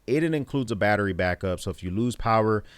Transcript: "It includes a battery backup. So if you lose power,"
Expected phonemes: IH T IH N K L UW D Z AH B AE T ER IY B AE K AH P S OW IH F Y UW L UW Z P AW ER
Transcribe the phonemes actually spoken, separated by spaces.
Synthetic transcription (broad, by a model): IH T IH N K L UW D Z AH B AE T ER IY B AE K AH P S OW IH F Y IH L UW Z P AW ER